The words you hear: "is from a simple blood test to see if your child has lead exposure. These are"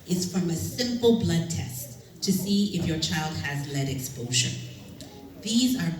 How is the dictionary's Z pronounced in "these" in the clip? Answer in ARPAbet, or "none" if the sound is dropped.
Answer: Z